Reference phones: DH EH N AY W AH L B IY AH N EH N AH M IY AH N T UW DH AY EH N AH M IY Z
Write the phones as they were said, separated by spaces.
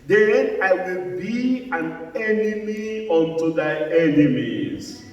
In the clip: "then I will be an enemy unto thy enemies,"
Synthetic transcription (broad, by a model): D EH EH AY W AH L B IY AH N EH N AH M IY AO N T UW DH AY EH N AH M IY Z